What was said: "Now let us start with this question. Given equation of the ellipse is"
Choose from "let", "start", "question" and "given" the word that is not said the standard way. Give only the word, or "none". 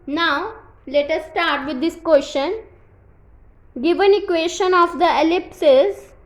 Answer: none